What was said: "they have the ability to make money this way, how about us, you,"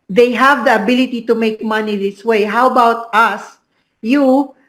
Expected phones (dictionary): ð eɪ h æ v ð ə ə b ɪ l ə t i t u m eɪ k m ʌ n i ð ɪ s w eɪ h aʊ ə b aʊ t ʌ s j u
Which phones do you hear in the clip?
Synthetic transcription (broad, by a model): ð eɪ h æ v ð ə ə b ɪ l ə t i t u m eɪ k m ʌ n i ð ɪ s w eɪ h aʊ ə b aʊ t ʌ s j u